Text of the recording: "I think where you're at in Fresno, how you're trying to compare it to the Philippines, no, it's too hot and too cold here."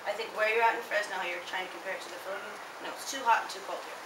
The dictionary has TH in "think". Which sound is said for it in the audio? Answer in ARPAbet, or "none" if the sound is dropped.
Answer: TH